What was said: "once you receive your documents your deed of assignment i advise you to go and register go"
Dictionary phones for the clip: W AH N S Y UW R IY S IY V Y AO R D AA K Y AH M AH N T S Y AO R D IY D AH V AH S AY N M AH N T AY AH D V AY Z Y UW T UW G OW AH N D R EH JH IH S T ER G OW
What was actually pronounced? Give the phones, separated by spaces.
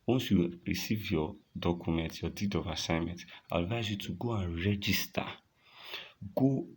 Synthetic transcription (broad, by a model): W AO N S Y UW R IY S IY V Y AO D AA K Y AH M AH N T Y AO D IY D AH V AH S AY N M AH N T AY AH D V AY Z Y UW T UW G OW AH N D R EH JH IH S T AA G OW